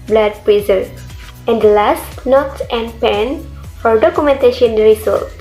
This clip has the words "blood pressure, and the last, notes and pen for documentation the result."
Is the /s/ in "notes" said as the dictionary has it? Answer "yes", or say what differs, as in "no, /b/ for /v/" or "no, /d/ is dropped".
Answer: no, /s/ is dropped